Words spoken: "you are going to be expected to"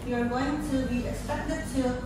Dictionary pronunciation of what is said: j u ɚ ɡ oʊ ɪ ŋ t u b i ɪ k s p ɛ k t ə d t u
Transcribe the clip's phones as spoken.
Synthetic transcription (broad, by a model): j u ɚ ɡ oʊ ɪ ŋ t u b i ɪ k s ɛ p t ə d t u